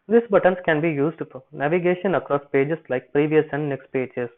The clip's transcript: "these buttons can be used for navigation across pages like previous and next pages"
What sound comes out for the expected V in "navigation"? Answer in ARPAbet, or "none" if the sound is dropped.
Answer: V